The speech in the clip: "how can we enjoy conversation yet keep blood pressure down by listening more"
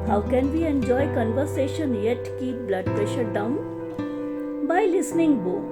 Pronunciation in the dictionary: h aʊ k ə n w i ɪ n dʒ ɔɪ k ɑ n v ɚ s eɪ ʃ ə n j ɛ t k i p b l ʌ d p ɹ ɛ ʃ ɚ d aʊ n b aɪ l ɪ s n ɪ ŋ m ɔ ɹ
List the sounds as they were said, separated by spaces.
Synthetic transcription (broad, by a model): h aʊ k ə n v i ɪ n dʒ ɔɪ k ɑ n v ɚ s eɪ ʃ ə n j ɛ t k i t b l ʌ d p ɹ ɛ ʃ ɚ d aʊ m b aɪ l ɪ s n ɪ ŋ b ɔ